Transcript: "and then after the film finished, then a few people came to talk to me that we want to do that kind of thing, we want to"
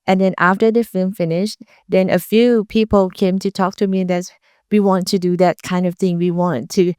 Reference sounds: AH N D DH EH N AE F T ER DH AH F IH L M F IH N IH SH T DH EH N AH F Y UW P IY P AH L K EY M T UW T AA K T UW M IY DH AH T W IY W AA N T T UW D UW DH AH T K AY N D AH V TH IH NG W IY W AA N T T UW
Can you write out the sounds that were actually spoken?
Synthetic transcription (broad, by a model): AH N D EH N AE F T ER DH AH F IH L M F IH N IH SH T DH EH N AH F Y UW P IY P AH L K EY M T UW T AA K T UW M IY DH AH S W IY W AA N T T UW D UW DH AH T K AY N D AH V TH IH NG W IY W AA N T T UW